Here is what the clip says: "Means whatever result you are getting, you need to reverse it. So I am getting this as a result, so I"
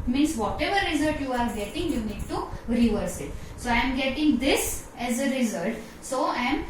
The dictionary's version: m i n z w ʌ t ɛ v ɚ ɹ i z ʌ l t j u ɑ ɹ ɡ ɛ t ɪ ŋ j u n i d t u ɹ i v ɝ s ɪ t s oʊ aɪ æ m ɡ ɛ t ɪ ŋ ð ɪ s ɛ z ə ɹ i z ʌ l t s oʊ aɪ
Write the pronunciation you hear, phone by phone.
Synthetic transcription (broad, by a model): m i n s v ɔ t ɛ v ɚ ɹ i z ʌ l t j u ɑ ɹ ɡ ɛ t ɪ ŋ j u n i d t u ɹ i v ɝ s ɪ t s oʊ aɪ m ɡ ɛ t ɪ ŋ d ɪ s ɛ z ə ɹ i z ʌ l t s oʊ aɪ